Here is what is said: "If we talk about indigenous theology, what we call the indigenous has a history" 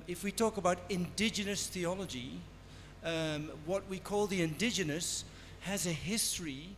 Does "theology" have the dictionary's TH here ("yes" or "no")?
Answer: yes